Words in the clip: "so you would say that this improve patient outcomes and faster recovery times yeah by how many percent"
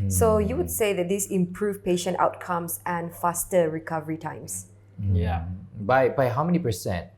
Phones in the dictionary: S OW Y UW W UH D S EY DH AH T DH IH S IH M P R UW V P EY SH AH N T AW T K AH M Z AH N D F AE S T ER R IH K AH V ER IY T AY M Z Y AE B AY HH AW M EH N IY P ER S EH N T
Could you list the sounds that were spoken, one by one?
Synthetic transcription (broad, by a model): S OW Y UW W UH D S EY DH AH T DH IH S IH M P R UW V P EY SH AH N T AW T K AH M S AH N F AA S T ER R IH K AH V ER IY T AY M S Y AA B AY HH AW M EH N IY P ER S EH N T